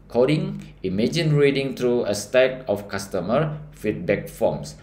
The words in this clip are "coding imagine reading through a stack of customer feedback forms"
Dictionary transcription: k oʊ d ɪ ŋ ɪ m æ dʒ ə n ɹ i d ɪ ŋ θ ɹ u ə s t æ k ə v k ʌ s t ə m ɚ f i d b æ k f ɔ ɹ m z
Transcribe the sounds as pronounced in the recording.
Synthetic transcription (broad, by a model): k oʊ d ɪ ŋ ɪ m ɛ dʒ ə n ɹ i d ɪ ŋ t ɹ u ə s t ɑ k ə f k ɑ s t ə m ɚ f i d b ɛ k f ɔ m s